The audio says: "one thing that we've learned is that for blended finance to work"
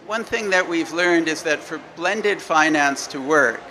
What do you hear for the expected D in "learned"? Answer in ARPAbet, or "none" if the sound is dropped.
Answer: D